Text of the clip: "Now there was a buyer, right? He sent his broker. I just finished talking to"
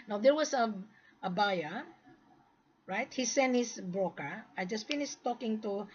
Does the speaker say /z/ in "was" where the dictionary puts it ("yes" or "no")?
no